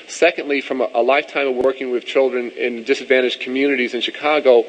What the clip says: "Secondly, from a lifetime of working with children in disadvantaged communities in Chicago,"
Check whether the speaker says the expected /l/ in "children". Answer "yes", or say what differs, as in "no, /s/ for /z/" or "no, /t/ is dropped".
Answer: yes